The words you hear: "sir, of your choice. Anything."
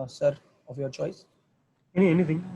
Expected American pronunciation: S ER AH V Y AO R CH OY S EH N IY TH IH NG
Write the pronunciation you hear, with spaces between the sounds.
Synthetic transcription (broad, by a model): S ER AH V Y AO R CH OY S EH N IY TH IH NG